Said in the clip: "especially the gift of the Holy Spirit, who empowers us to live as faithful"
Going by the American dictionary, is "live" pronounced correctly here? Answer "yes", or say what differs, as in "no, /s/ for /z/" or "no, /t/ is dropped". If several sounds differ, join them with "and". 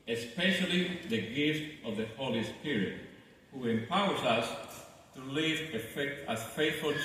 no, /f/ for /v/